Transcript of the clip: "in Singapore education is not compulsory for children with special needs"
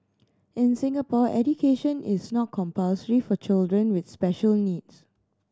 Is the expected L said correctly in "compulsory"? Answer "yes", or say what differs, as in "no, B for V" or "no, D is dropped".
yes